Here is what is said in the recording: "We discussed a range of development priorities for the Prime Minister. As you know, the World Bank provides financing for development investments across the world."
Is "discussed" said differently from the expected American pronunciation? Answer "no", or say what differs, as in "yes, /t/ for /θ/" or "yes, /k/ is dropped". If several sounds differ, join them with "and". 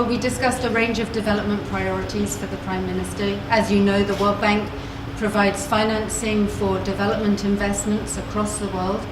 no